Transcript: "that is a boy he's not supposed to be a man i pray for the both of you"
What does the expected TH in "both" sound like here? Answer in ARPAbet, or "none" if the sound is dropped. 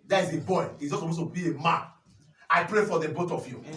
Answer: T